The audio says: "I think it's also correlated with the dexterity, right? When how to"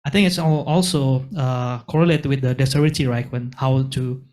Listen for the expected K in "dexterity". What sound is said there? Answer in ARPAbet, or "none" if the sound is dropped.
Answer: none